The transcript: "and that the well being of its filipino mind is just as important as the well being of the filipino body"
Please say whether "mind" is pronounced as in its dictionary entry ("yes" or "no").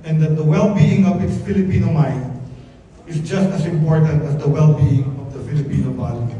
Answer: no